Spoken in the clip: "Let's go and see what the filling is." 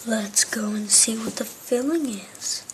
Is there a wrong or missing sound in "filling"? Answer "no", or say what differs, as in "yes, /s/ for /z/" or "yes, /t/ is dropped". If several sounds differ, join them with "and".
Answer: no